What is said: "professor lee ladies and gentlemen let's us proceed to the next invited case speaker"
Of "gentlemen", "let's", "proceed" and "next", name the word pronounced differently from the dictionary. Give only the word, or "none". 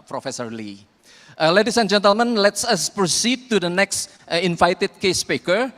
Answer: none